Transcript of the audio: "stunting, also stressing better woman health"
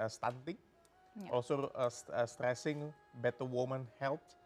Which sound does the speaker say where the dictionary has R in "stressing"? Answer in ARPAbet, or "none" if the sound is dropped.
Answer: R